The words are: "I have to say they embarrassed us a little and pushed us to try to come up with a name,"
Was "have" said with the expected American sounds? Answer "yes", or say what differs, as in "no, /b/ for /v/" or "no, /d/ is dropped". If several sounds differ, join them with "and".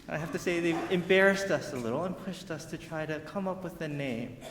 no, /f/ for /v/